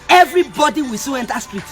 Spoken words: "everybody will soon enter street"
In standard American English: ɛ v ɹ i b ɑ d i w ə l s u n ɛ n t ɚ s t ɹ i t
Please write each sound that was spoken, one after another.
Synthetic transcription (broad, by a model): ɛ v ɹ i b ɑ d i w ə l s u ɛ n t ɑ s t ɹ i t